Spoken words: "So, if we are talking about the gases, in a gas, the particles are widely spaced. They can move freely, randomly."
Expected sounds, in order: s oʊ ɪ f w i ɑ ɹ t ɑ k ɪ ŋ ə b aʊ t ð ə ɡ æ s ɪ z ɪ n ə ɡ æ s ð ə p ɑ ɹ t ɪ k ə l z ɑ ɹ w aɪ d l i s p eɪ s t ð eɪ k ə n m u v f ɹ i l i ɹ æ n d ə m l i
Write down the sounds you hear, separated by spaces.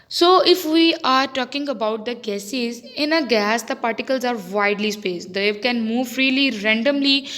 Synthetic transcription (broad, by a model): s oʊ ɪ f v i ɑ ɹ t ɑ k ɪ ŋ ə b aʊ t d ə ɡ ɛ s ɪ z ɪ n ə ɡ æ s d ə p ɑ ɹ t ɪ k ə l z ɑ ɹ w aɪ d l i s p eɪ s t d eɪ k ə n m u v f ɹ i l i ɹ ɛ n d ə m l i